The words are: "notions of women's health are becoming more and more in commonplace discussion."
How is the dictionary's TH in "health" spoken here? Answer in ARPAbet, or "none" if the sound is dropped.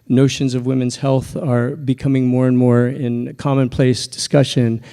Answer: TH